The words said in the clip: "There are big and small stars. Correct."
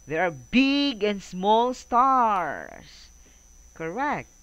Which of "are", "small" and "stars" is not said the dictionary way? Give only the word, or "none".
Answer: stars